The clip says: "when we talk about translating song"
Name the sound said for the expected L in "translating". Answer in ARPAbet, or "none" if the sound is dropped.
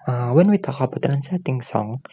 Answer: none